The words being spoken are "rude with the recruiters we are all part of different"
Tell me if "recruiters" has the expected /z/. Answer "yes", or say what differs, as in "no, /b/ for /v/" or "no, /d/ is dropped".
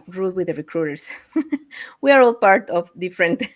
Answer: no, /s/ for /z/